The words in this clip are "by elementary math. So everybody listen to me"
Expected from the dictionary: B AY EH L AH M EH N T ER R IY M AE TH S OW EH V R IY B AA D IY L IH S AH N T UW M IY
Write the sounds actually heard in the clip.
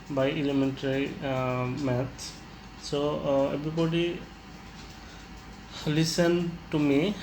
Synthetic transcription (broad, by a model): B AY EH L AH M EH N T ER R IY M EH T S OW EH B R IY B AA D IY L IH S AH N T UW M IY